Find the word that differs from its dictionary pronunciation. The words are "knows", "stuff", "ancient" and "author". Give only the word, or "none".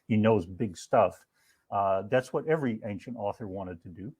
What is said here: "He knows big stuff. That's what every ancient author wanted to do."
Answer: none